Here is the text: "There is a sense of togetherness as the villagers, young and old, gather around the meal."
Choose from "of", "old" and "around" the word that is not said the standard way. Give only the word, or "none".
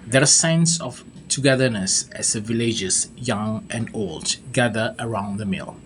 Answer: of